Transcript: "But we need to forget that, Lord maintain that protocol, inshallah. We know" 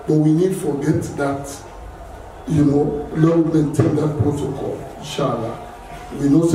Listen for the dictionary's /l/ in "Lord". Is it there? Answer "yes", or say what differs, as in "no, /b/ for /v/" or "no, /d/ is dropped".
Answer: no, /n/ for /l/